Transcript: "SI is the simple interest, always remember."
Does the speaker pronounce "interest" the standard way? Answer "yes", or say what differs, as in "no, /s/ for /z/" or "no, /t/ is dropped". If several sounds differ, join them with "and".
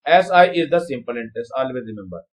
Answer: no, /ɹ/ is dropped